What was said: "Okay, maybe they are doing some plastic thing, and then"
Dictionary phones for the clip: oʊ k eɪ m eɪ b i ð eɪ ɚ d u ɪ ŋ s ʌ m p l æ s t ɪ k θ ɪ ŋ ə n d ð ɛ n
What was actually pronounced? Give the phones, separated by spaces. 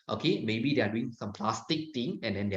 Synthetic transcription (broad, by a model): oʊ k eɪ m eɪ b i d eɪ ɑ d u ɪ ŋ s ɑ m p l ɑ s t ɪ k t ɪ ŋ ə n d ɛ n